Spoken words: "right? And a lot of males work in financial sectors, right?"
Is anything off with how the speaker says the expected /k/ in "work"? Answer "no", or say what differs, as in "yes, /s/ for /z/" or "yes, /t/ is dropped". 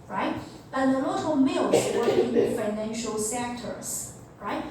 yes, /k/ is dropped